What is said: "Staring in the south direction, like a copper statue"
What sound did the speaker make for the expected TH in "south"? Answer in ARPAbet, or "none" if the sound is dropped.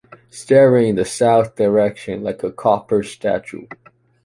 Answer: TH